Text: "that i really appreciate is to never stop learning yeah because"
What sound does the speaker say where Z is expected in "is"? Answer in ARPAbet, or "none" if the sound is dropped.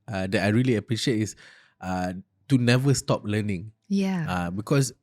S